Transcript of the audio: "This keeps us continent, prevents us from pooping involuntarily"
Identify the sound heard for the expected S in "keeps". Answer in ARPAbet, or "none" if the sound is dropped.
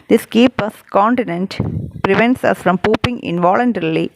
none